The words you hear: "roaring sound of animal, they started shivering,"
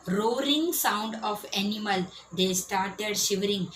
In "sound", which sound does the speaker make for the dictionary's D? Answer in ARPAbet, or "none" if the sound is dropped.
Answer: D